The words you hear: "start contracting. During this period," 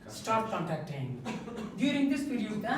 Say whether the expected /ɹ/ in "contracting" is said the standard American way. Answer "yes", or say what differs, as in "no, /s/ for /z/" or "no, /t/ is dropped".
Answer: no, /ɹ/ is dropped